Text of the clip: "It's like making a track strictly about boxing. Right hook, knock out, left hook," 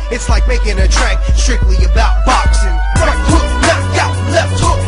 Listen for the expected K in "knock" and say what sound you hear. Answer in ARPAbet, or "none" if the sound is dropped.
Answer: none